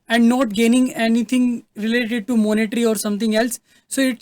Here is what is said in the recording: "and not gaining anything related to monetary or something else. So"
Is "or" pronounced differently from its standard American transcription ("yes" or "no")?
no